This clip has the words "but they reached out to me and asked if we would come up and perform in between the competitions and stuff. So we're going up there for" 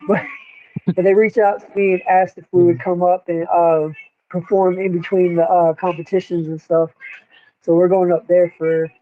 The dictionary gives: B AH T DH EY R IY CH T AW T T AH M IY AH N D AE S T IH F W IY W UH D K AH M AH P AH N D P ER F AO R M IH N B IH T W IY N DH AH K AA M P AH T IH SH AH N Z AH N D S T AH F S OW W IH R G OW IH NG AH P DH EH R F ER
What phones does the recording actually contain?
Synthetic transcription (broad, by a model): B AH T DH EY R IY CH AW T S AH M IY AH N AE S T IH F W IY W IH D K AH M AH P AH N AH P ER F AO R M IH N B IH T W IY N DH AH K AA M P AH T IH SH AH N Z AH N S T AH F S OW W IH R G OW IH NG AH P DH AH R F ER